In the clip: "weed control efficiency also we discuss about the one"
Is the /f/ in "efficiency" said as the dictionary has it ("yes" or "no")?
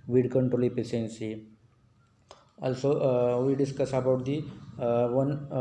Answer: no